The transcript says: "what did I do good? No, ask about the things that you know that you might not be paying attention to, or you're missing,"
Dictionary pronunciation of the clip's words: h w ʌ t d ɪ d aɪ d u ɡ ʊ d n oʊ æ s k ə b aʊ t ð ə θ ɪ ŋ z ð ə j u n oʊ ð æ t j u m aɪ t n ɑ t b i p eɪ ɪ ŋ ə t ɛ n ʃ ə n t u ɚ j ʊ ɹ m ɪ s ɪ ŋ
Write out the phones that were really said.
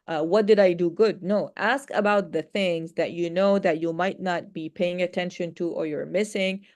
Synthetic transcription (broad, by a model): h w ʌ t d ɪ d aɪ d u ɡ ʊ d n oʊ æ s k ə b aʊ t ð ə θ ɪ ŋ z ð ə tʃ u n oʊ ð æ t j u m aɪ t n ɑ t b i p eɪ ɪ ŋ ə t ɛ n ʃ ə n t u ɚ j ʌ ɹ m ɪ s ɪ ŋ